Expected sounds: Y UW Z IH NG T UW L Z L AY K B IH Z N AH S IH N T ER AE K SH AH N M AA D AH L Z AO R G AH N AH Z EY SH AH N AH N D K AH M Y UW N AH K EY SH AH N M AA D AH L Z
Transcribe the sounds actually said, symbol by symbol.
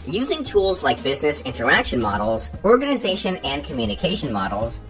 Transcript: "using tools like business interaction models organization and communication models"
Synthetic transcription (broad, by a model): Y UW Z IH NG T UW L Z L AY K B IH Z N AH S IH N T ER AE K SH AH N M AA D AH L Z AO R G AH N AH Z EY SH AH N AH N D K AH M Y UW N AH K EY SH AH N M AA D L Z